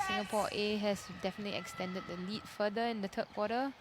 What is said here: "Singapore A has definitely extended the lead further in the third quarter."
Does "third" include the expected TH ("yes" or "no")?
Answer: no